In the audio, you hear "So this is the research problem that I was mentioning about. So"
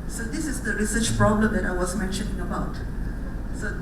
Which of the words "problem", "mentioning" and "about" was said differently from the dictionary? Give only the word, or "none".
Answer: none